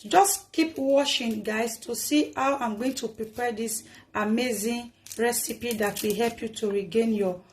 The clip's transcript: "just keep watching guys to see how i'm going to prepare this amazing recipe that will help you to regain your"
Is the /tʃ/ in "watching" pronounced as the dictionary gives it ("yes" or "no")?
no